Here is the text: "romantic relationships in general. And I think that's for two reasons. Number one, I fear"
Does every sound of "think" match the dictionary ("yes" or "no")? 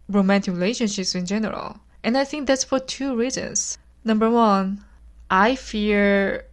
yes